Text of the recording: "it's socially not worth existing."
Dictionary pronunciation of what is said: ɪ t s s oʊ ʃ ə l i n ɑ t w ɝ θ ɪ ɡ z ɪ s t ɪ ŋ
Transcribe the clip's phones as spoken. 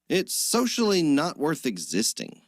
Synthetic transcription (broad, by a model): ɪ t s s oʊ ʃ l i n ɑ t w ɝ θ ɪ ɡ z ɪ s t ɪ ŋ